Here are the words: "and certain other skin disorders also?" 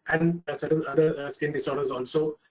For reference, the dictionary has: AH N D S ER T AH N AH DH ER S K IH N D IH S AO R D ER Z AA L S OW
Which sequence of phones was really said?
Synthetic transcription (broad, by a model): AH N D S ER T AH L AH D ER S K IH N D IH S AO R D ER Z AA L S OW